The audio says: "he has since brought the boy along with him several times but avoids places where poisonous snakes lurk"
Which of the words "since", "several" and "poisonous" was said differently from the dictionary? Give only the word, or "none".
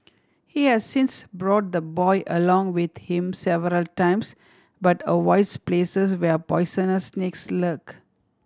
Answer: poisonous